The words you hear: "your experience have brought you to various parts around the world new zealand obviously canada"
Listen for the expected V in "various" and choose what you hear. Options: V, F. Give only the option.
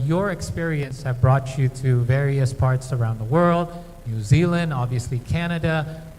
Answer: V